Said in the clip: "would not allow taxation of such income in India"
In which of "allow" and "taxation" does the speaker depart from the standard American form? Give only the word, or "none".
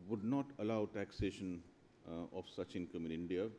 none